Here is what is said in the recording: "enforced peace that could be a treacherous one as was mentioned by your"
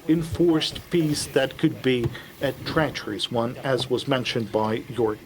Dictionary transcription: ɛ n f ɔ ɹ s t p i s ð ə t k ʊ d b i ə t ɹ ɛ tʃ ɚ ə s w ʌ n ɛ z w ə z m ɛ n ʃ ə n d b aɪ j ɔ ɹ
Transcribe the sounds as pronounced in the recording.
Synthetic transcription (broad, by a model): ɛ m f ɔ ɹ s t p i s ð ə t k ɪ d b i ə t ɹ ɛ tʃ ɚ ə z w ʌ n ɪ z w ə z m ɛ n ʃ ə n b aɪ j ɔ ɹ